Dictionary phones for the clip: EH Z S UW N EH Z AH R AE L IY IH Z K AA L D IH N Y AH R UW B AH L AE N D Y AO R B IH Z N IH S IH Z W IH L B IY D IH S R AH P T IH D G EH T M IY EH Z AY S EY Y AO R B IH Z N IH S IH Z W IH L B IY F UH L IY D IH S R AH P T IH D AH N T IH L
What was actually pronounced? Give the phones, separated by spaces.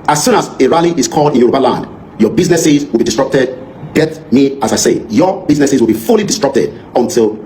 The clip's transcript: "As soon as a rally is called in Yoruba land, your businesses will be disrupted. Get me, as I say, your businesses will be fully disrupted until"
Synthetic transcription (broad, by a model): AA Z S UW N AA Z AH R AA L IY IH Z K AA L D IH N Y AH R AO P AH L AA N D Y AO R B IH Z N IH S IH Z W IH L B IY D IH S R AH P T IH D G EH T M IY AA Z AY S EY Y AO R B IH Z N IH S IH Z W IH L B IY F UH L IY D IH S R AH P T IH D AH N T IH L